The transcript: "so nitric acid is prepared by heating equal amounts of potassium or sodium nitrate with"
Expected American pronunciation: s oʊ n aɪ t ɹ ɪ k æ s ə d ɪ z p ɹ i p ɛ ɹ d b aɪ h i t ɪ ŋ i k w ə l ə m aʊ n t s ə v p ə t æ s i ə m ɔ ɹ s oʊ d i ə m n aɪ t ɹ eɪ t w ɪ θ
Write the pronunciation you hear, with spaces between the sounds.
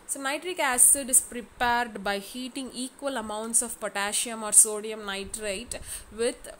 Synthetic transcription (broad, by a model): s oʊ n aɪ t ɹ ɪ k æ s ə d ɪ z p ɹ i p ɛ ɹ d b aɪ h i t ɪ ŋ i k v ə l ə m aʊ n t s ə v p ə t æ ʃ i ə m ɔ ɹ s oʊ d i ə m n aɪ t ɹ eɪ t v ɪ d